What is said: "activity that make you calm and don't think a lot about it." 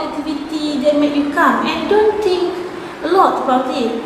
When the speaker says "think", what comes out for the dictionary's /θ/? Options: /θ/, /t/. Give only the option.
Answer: /t/